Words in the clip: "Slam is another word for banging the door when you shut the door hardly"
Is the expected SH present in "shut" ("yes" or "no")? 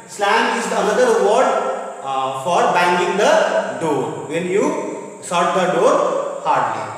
no